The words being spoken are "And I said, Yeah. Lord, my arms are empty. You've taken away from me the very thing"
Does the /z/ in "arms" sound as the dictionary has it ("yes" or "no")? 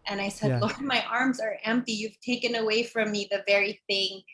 yes